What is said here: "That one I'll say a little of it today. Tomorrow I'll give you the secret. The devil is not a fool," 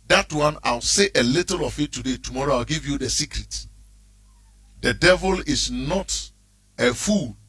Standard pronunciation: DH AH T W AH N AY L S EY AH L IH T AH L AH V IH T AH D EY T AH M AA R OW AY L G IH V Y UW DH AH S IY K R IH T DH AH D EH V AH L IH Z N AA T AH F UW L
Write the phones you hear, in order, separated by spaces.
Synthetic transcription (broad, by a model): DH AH T W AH N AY W S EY AH L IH T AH L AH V IH T AH D EY T AH M AA R OW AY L G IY V Y UW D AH S IY K R IH T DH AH D EH V AH L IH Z N AA T AH F UW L